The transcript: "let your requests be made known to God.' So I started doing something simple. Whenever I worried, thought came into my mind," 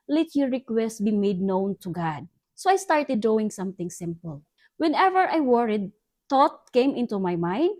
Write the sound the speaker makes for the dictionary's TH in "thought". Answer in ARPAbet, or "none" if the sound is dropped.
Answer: T